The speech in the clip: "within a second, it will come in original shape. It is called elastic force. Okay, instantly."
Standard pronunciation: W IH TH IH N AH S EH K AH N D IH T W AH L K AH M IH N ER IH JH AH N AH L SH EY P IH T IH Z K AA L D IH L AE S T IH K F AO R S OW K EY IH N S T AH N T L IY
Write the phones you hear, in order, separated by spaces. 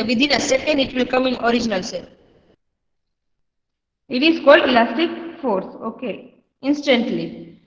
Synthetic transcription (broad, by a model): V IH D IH N AH S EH K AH N D IH T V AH L K AH M IH N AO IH JH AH N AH L S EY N IH T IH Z K AA L D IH L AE S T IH K F AO R S OW K EY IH N S T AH N T L IY